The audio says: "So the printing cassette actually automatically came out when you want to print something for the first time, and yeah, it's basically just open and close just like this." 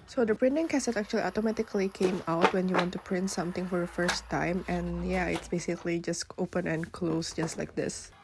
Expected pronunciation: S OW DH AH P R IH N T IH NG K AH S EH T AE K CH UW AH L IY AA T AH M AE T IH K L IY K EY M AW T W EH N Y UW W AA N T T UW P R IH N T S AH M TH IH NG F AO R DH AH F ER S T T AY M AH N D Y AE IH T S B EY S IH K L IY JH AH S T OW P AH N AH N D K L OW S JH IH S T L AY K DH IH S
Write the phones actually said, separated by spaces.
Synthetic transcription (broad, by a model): S OW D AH P R IH N T IH NG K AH S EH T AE K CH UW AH L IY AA T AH M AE T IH K L IY K EY M AW T W EH N Y UW W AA N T T UW P R IH N T S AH M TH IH NG F AO R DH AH F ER S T T AY M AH N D Y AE IH T S B EY S IH K L IY JH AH S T OW P AH N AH N K L OW S JH IH S T L AY K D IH S